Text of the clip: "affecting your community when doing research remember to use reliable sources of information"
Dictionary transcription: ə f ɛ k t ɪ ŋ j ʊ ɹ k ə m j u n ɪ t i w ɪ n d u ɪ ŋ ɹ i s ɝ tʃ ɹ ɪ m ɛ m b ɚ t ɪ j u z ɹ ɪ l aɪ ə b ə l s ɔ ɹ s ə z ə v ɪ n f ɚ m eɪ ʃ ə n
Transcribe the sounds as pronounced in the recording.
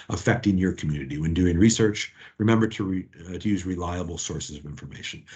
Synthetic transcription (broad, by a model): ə f ɛ k t ɪ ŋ j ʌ ɹ k m j u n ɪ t i w ɪ n d u ɪ ŋ ɹ i s ɝ tʃ ɹ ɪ m ɛ m b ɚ t ɪ j u z ɹ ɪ l aɪ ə b l s ɔ ɹ s ə z ə v ɪ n f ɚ m eɪ ʃ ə n